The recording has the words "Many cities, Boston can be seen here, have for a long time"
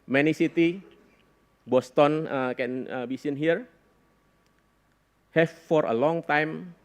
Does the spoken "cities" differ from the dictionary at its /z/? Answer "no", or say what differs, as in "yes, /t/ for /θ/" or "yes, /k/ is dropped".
yes, /z/ is dropped